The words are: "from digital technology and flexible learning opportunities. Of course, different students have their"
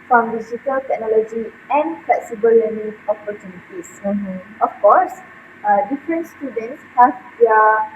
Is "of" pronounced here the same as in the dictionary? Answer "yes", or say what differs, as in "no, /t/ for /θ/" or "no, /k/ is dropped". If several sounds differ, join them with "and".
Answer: no, /f/ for /v/